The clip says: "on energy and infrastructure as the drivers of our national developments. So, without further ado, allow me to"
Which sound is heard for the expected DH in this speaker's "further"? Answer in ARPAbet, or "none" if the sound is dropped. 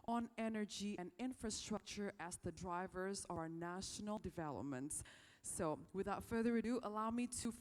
DH